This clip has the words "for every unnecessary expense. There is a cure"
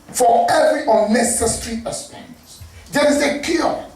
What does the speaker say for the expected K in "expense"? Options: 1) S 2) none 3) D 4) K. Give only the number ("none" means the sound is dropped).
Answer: 2